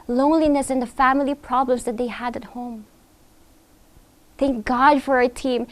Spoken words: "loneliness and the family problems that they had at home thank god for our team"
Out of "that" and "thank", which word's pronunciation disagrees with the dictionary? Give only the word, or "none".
none